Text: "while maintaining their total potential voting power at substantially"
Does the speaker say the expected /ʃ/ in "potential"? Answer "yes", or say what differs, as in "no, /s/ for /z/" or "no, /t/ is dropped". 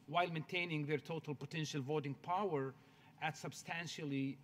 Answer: yes